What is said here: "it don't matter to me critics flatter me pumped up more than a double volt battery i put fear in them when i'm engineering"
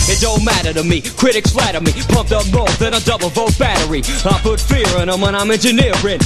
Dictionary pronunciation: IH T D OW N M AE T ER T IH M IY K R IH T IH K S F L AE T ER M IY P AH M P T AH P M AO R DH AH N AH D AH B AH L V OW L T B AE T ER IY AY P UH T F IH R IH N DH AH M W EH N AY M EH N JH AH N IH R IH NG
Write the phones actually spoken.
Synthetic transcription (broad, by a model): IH T D OW N M AE T ER T IH M IY K R IH T IH K S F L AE T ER M IY P AH M P T AH P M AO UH DH AH N AH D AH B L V OW T B AE T ER IY AY P UH T F IH R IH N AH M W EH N AY M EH N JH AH N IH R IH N